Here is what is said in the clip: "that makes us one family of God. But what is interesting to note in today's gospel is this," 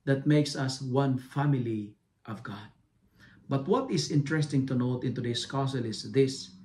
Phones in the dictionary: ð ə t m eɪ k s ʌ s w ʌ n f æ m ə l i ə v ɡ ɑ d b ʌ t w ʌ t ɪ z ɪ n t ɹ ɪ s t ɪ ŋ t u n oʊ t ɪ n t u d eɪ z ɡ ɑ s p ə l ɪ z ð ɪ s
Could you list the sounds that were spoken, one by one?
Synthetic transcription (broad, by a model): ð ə t m eɪ k s ʌ s w ʌ n f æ m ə l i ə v ɡ ɑ d b ʌ t w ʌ t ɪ s ɪ n t ɹ ɪ s t ɪ ŋ t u n oʊ t ɪ n t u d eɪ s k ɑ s ə l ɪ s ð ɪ s